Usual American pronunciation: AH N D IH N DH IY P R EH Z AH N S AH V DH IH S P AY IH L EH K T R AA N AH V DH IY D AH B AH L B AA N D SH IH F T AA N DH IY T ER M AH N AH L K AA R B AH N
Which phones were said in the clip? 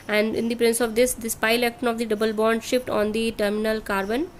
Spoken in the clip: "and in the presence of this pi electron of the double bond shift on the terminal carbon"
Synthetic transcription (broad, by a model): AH N D IH N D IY P R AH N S AH V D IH S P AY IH L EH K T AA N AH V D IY D AH B AH L B AA N D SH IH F T AA N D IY T ER M AH N AH L K AA R B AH N